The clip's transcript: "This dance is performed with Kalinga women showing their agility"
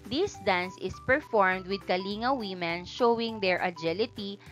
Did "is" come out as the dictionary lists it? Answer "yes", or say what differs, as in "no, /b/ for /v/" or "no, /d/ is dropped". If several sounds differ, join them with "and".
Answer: no, /s/ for /z/